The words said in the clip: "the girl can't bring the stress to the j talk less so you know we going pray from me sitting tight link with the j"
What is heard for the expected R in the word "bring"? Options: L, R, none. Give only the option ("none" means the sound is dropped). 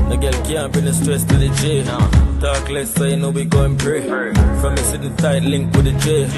none